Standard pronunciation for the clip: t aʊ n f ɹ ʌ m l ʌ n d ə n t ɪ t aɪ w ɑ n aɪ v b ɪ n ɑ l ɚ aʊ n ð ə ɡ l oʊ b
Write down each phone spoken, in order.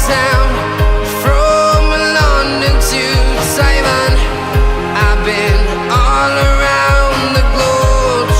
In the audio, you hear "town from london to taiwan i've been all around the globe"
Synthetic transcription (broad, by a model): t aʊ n f ɹ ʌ m l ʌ n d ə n t ɪ s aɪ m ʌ n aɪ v b ɪ n ɑ l ɚ aʊ n ð ə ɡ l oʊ